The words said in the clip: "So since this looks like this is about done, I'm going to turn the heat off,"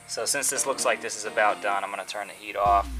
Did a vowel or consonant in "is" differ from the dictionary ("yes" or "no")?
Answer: no